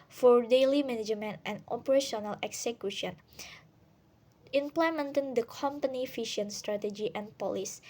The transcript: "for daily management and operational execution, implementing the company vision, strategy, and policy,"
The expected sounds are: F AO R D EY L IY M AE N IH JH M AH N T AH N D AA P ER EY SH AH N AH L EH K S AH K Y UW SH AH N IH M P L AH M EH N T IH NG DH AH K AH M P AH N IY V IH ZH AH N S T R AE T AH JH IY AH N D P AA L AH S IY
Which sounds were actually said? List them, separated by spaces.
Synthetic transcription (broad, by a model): F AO R D EY L IY M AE N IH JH M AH N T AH N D AA P ER EY SH AH N AH L EH K S AH K Y UW SH AH N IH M P L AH M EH N T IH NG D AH K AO M P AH N IY F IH SH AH N S T R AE T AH JH IY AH N P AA L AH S